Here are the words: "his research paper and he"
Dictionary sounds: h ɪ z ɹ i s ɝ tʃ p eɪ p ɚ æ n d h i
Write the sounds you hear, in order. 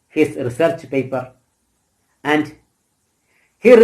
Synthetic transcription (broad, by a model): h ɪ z ɹ i s ɝ tʃ p eɪ p ɚ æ n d h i